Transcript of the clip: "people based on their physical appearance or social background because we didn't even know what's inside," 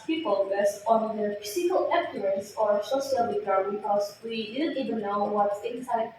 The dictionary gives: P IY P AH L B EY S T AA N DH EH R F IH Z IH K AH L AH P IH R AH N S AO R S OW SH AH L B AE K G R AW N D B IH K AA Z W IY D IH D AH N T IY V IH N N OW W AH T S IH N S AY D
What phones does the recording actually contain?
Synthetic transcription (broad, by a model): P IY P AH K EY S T AA N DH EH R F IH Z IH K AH L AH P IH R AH N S AO R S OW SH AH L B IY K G AW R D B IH K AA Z W IY D IH D AH N T IY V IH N N OW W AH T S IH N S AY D